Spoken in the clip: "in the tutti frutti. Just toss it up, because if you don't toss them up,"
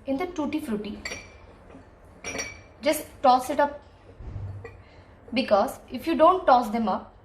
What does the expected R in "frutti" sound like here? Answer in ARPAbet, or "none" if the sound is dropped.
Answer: R